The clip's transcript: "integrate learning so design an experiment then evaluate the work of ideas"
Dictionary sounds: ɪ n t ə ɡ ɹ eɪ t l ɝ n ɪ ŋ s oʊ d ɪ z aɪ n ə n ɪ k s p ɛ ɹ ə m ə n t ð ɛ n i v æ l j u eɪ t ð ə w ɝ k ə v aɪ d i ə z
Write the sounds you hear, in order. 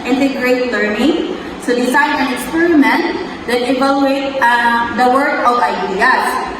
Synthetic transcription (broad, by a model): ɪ n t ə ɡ ɹ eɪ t l ɝ n ɪ ŋ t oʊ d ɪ s aɪ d ə n ɪ k s p ɛ ɹ ə m ə n t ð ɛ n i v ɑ l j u eɪ t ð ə w ɝ k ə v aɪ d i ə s